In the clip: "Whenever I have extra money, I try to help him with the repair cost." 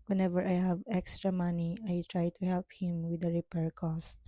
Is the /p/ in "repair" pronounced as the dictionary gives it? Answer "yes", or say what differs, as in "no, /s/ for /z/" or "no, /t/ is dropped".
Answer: yes